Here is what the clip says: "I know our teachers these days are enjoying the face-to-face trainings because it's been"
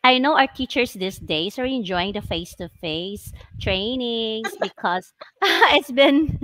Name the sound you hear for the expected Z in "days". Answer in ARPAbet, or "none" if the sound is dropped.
S